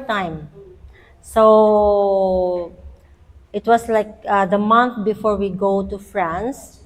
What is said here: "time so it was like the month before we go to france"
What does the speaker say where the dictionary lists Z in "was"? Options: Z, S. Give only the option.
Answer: S